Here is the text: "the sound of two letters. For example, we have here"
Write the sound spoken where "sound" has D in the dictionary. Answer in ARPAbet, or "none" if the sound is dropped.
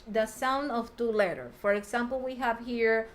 D